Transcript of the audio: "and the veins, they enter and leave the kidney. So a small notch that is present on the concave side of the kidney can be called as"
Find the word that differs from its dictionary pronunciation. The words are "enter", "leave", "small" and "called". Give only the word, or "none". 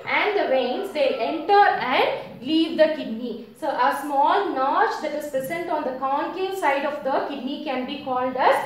none